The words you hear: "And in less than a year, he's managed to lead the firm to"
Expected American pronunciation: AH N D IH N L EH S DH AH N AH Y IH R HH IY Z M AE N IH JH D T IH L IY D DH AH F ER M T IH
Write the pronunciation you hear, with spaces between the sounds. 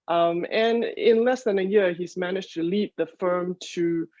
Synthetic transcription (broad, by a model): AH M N IH N L EH S DH AH N AH Y IH R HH IY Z M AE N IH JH T IH L IY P DH AH F ER M T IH